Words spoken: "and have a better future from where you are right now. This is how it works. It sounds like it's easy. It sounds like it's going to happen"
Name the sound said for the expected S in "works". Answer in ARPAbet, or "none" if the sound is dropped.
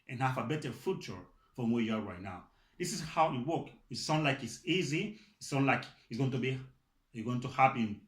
none